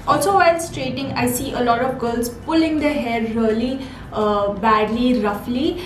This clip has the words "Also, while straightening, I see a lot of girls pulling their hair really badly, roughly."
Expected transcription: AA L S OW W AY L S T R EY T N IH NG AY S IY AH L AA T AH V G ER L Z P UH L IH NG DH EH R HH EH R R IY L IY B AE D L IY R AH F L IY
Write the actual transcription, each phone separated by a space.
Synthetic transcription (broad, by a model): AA L S OW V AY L S T R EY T IH NG AY S IY AH L AA T AH V G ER L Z P UH L IH NG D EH HH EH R R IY L IY B AE D L IY R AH F L IY